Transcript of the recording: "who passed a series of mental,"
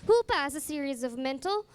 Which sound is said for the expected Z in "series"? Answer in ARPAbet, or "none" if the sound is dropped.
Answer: Z